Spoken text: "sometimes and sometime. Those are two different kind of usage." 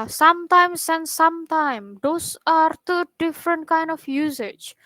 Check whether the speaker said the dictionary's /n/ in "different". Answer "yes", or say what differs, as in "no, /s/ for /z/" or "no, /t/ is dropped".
yes